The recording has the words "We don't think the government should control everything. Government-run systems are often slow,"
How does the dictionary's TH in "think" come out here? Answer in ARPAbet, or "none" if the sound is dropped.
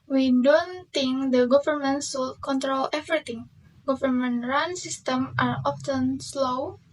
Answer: T